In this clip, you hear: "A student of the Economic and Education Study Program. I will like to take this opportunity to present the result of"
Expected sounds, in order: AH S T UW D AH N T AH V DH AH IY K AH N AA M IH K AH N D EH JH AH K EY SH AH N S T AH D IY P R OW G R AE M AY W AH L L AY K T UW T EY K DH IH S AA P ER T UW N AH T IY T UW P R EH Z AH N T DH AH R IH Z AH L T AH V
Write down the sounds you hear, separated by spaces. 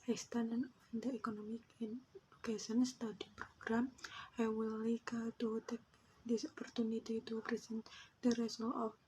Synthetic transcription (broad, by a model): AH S T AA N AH N AH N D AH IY K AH N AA M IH K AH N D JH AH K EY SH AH N S T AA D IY P R OW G R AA M AY W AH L L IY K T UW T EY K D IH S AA P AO T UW N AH T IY T UW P R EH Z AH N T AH R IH S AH L AH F